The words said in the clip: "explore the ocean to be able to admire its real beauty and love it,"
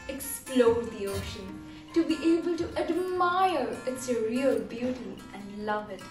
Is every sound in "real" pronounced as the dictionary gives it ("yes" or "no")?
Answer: yes